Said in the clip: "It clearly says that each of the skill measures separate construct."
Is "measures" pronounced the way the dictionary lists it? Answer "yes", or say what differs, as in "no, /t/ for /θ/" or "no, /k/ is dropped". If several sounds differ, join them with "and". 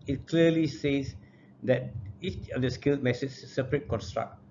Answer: no, /s/ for /ʒ/